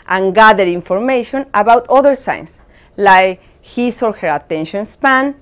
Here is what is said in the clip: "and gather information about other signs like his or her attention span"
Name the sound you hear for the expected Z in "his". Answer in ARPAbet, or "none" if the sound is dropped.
S